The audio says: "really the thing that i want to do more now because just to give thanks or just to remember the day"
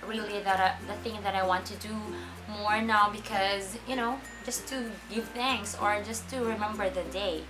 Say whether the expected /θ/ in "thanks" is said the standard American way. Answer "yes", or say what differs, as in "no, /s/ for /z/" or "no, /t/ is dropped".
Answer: yes